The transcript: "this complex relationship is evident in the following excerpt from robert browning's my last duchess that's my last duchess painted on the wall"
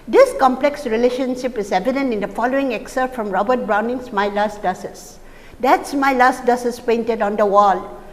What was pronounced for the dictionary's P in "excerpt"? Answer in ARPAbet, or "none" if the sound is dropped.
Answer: none